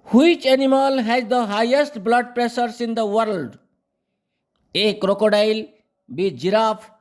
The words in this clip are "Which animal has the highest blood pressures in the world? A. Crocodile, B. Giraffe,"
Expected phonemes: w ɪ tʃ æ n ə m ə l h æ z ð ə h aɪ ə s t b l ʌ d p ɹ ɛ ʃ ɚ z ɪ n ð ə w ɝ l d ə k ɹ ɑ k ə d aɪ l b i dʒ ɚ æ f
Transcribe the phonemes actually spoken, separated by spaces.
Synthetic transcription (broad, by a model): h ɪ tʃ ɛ n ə m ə l h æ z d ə h aɪ ə s t b l ʌ d p ɹ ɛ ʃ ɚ s ɪ n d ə w ɝ l d ə k ɹ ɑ k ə d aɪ l b i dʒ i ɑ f